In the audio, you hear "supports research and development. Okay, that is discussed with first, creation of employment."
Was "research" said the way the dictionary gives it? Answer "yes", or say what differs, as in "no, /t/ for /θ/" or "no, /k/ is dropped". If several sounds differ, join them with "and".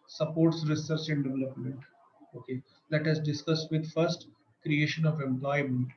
yes